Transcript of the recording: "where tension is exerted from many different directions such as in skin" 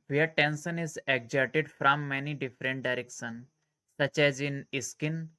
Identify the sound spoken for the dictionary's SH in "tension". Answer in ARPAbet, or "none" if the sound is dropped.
S